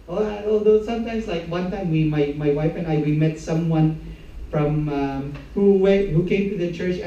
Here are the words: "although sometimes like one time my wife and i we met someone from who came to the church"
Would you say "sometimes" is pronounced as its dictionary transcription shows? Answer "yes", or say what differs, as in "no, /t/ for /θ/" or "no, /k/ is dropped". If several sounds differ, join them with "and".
no, /s/ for /z/